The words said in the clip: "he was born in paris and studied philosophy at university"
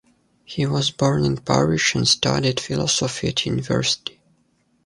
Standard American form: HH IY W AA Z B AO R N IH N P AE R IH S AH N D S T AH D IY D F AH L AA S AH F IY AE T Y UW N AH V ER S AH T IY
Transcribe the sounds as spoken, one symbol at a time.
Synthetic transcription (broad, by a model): HH IY W AA Z B AO R N IH N P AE R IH SH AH N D S T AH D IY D F AH L AA S AH F IY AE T Y UW N AH V ER S AH T IY